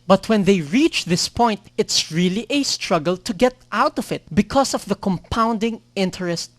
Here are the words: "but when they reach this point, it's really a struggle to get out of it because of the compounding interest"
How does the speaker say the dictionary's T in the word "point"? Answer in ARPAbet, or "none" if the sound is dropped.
T